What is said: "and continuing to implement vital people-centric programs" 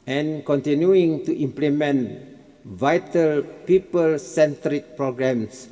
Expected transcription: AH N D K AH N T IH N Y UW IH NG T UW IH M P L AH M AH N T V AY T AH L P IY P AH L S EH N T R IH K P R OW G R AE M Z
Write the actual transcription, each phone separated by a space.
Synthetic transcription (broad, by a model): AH N K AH N T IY N Y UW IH NG T UW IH M P L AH M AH N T V AY T AH L P IY P AH L S EH N T R IH K P R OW G R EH M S